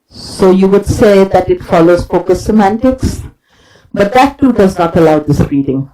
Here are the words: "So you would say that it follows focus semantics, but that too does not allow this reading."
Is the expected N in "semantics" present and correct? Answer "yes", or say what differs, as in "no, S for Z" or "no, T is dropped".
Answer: yes